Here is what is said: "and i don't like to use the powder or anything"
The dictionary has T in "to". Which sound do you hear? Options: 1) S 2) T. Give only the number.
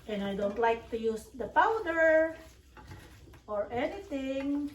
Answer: 2